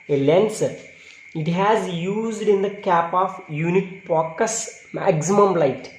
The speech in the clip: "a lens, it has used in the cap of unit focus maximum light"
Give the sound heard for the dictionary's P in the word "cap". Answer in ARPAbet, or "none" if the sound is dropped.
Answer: P